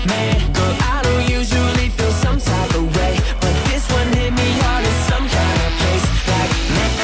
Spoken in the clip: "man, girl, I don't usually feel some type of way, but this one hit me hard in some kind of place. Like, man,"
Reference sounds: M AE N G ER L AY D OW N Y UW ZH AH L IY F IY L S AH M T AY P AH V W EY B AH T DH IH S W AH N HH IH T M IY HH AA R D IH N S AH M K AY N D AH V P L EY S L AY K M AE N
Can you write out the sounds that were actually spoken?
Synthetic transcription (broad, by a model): M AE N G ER AY D OW N Y UW ZH AH L IY F IY L S AH M S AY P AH W EY B AH T DH IH S W AH N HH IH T M IY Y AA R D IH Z S AH M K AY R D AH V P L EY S L AY K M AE